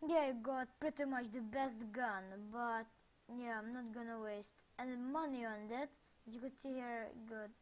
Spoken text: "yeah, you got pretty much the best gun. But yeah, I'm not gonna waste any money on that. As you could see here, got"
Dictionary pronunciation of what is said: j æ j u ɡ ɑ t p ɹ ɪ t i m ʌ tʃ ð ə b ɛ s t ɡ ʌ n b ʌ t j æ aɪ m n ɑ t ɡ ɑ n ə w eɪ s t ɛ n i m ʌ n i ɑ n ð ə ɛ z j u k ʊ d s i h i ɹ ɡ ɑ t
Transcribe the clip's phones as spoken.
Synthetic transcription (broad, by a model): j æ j ɡ ɑ t p ɹ ɪ t i m ʌ tʃ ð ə b ɛ s t ɡ ʌ n b ʌ t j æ aɪ m n ɑ t ɡ ɑ n ə w eɪ s t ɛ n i m ʌ n i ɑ n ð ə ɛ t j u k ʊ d s i h i ɹ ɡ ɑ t